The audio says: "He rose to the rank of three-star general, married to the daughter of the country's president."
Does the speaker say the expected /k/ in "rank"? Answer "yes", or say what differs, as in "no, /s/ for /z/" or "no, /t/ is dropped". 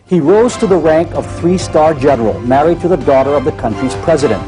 yes